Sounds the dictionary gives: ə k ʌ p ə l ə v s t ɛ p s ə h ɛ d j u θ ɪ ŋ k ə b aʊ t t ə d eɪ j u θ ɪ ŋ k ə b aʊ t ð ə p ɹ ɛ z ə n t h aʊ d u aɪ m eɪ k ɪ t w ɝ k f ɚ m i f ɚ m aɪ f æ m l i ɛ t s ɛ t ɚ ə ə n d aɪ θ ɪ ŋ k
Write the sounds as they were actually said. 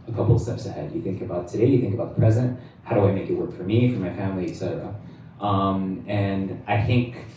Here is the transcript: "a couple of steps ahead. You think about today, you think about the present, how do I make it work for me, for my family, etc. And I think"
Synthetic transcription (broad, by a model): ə k ʌ p l s t ɛ p s ə h ɛ d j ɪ θ ɪ ŋ k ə b aʊ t t ə d eɪ j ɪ θ ɪ ŋ k ə b aʊ t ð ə p ɹ ɛ z ə n t h aʊ d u aɪ m eɪ k ɪ t w ɝ k f ɚ m i f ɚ m aɪ f æ m l i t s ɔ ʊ ə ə n aɪ θ ɪ ŋ k